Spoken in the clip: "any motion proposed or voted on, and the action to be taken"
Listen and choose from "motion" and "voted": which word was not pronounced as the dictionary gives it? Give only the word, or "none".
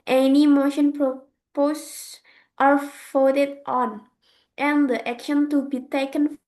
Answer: voted